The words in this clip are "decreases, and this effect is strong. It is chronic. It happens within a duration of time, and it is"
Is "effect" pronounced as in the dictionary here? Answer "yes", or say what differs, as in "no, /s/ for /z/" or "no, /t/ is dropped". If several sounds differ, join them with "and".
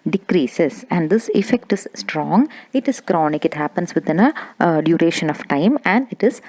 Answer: yes